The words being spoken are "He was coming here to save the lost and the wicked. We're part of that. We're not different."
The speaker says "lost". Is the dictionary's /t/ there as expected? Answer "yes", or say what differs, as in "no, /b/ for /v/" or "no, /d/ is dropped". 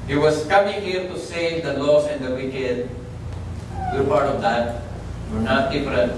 no, /t/ is dropped